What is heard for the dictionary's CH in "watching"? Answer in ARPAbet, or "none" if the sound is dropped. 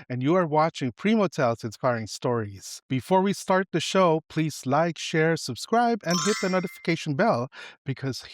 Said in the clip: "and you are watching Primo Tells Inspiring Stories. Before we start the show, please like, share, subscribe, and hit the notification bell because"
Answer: CH